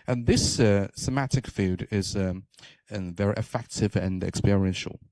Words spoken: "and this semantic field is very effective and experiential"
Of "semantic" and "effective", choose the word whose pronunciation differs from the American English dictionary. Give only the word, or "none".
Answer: semantic